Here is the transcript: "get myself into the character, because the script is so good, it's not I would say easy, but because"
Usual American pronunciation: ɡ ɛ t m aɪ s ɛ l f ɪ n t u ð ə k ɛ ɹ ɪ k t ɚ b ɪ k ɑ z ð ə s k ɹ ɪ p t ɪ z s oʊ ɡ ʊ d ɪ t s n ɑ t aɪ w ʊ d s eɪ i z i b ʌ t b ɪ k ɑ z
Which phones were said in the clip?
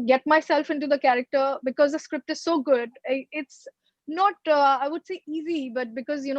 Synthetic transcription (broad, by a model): ɡ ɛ t m aɪ s ɛ l f ɪ n t u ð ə k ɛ ɹ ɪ k t ɚ b ɪ k ɑ z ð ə s k ɹ ɪ p t ɪ z s oʊ ɡ ʊ d ɪ t s n ɑ t aɪ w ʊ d s eɪ i z i b ʌ t b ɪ k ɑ z